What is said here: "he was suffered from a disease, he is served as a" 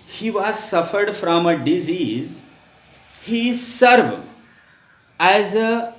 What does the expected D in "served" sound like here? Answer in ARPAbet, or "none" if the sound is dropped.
none